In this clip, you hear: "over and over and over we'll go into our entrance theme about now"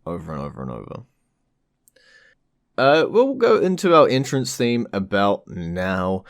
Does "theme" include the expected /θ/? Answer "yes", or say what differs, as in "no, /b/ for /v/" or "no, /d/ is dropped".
yes